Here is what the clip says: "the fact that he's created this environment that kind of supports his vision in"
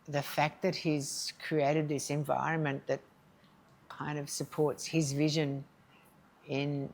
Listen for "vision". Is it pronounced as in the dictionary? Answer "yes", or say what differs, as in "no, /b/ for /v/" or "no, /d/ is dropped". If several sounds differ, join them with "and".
yes